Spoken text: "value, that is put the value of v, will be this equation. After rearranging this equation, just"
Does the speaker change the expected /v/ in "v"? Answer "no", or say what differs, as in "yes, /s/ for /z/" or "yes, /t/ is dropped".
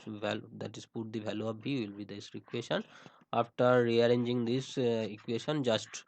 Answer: yes, /b/ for /v/